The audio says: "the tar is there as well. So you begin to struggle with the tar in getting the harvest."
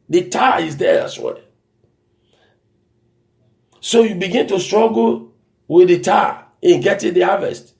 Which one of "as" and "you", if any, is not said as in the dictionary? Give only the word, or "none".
as